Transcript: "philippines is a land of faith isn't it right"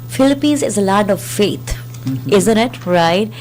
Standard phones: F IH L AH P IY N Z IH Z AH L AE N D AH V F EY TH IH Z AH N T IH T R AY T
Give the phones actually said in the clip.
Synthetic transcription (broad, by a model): F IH L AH P IY N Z IH Z AH L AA D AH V F EY T IH Z AH N T IH T R AY T